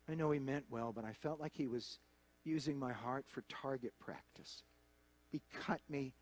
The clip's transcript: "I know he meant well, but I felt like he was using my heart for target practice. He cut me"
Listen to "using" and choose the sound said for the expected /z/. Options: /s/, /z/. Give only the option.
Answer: /z/